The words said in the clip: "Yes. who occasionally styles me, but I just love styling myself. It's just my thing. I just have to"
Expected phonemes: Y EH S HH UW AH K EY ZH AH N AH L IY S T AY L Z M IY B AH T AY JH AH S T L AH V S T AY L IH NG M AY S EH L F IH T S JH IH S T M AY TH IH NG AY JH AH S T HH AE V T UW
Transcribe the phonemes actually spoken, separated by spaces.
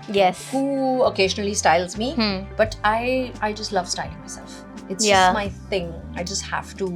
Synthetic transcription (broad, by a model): Y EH S HH UW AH K EY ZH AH N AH L IY S T AY L Z M IY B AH T AY JH AH S T L AH V S T AY L IH NG M AY S EH L F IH T S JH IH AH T M AY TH IH NG AY JH AH S T HH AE F T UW